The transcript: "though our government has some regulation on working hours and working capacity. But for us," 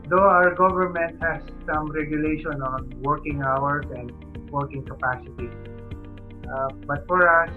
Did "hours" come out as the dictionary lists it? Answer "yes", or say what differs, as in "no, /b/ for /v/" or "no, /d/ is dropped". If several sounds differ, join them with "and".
no, /s/ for /z/